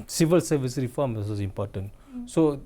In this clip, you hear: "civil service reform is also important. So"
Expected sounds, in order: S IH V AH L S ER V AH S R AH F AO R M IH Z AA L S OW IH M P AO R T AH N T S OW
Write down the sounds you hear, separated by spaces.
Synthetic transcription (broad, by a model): S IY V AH L S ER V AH S R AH F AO M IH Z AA S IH M P AO T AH N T S OW